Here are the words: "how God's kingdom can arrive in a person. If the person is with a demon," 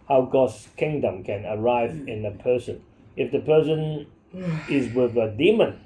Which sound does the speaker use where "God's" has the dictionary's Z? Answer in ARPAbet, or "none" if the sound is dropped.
S